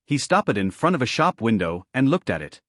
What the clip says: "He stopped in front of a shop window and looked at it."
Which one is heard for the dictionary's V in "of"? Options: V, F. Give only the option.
V